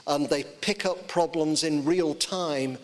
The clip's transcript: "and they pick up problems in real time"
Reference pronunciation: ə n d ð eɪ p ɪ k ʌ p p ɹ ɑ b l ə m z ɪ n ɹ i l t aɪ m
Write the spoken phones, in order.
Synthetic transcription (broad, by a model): ə n ð eɪ p ɪ k ʌ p p ɹ ɑ b l ə m z ɪ n ɹ i l t aɪ m